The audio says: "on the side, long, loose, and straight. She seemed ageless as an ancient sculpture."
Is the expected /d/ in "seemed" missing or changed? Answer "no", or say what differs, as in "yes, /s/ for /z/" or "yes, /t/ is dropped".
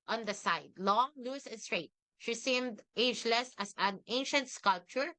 no